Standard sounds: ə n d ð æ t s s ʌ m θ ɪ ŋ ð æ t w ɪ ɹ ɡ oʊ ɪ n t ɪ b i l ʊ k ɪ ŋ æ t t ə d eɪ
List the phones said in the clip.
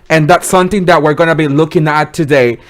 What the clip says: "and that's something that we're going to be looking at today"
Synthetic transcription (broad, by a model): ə n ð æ t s s ʌ m θ ɪ ŋ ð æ t w ɪ ɹ ɡ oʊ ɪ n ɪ b i l ʊ k ɪ ŋ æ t t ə d eɪ